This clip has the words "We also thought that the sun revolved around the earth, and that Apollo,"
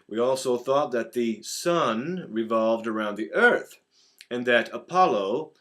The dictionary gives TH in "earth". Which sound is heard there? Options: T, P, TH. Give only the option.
TH